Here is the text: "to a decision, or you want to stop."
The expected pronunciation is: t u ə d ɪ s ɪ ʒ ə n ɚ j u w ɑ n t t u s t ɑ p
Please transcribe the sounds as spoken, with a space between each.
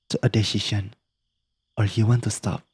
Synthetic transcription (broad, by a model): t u ə d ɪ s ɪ ʃ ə n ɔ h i w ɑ n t t u s t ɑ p